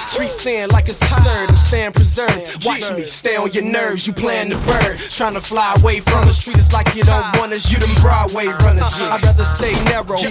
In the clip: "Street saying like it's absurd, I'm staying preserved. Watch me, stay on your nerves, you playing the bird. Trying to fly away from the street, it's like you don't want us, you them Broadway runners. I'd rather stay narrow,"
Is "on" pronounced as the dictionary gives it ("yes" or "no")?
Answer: no